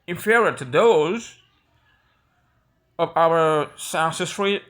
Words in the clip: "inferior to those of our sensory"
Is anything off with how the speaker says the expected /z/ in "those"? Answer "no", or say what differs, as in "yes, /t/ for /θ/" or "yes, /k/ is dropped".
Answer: no